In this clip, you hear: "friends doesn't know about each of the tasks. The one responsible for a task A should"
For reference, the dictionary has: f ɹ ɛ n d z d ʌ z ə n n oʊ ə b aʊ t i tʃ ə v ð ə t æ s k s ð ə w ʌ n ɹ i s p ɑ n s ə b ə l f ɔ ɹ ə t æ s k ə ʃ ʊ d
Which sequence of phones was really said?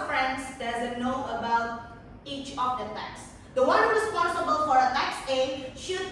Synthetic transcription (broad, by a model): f ɹ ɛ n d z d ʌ z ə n n oʊ ə b aʊ t i tʃ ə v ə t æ k s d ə w ʌ n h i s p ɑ s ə b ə l f ɔ ɹ ə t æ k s ə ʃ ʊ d